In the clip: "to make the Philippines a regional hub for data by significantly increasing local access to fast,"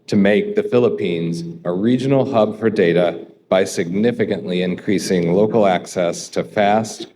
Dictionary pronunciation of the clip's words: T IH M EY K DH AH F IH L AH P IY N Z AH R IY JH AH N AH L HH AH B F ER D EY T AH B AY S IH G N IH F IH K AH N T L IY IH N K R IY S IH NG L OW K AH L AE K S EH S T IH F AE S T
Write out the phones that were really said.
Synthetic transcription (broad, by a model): T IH M EY K DH AH F IH L AH P IY N Z AH R IY JH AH N L HH AH B F ER D EY T AH B AY S IH G N IH F IH K AH N T L IY IH N K R IY S IH NG L OW K L AE K S EH S T IH F AE S T